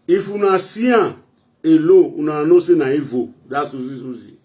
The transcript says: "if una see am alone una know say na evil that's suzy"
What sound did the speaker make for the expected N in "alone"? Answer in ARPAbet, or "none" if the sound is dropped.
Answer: none